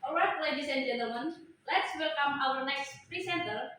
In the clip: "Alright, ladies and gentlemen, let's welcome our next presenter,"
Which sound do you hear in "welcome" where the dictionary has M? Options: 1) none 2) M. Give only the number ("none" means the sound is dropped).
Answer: 2